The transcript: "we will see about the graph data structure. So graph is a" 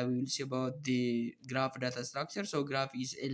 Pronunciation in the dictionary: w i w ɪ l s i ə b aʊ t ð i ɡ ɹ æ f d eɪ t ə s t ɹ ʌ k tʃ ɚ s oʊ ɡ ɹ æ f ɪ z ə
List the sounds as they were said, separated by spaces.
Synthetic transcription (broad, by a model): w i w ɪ l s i ə b aʊ t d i ɡ ɹ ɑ f d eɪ t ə s t ɹ ʌ k tʃ ɚ s oʊ ɡ ɹ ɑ f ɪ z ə